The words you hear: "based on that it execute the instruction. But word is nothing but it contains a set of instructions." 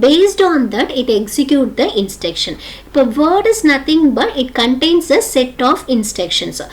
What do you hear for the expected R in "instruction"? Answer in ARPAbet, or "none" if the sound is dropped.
none